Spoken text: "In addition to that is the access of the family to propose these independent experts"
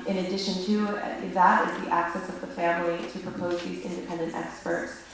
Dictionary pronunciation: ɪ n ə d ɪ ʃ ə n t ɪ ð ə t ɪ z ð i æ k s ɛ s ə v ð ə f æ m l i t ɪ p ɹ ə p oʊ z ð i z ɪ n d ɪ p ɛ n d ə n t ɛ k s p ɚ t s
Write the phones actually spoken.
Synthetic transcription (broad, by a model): ɪ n ə d ɪ ʃ ə n t ɪ ð ə t ɪ z ð i æ k s ɛ s ə v ð ə f æ m l i t ɪ p ɹ ə p oʊ z ð i z ɪ n d ɪ p ɛ n d ə n t ɛ k s p ɚ t s